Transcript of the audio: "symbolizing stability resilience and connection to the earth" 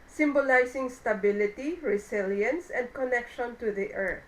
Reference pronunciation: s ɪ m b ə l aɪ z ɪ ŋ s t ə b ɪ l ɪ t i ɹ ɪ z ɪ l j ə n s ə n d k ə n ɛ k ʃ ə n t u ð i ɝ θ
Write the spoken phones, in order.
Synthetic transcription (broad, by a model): s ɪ m b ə l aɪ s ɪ ŋ s t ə b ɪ l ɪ t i ɹ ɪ s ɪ l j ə n s ə n d k ə n ɛ k ʃ ə n t u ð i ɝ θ